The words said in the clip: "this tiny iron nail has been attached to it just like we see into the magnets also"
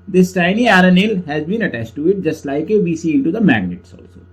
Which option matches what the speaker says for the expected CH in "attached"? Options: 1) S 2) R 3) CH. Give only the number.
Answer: 3